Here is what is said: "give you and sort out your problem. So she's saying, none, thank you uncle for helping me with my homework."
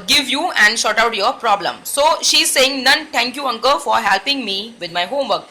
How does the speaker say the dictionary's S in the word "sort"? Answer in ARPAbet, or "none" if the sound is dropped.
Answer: SH